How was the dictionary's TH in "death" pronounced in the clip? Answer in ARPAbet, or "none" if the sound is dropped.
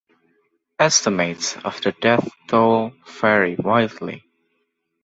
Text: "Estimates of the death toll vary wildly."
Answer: TH